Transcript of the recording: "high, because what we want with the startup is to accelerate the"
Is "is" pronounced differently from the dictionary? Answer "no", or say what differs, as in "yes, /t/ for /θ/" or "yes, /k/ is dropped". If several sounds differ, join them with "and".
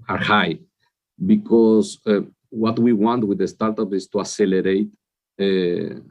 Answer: yes, /s/ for /z/